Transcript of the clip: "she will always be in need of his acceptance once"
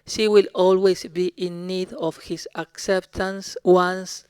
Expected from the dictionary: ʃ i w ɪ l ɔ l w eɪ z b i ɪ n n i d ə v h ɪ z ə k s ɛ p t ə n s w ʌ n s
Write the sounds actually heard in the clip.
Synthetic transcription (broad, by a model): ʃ i w ɪ l ɔ l w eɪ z b i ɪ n n i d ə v h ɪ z ə k s ɛ p t ə n s w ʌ n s